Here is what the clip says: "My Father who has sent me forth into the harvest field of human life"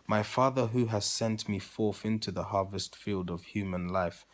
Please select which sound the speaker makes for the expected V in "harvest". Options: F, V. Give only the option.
V